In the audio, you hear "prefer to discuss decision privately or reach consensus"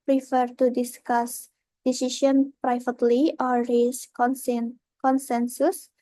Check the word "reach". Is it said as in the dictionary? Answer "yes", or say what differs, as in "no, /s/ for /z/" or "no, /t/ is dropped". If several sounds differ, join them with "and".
no, /s/ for /tʃ/